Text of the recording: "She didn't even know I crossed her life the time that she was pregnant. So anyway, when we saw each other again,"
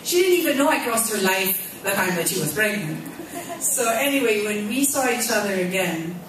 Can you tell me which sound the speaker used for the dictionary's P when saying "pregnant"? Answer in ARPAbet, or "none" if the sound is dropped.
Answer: B